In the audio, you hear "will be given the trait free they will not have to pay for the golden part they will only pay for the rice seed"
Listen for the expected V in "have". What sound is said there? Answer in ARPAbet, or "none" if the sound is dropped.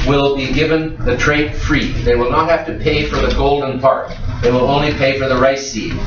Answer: F